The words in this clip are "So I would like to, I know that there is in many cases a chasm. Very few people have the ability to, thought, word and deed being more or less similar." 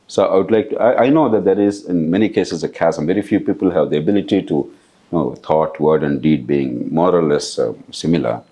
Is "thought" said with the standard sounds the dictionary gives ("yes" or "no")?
no